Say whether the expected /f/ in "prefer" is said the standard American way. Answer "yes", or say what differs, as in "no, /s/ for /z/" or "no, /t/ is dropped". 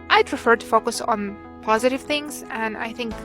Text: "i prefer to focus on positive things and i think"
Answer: yes